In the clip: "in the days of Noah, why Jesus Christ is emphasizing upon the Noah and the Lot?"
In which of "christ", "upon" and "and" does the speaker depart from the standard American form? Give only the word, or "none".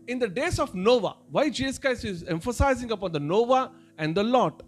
christ